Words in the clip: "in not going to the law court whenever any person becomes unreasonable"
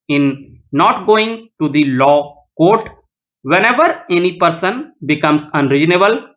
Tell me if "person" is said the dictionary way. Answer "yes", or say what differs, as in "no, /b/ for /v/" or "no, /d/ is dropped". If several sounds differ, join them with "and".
yes